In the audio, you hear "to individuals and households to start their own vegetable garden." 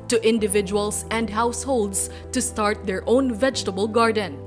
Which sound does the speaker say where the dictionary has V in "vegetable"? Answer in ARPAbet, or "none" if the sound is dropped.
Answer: V